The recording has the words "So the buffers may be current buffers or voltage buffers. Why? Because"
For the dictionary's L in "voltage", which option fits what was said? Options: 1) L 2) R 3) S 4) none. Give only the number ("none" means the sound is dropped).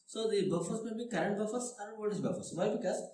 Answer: 4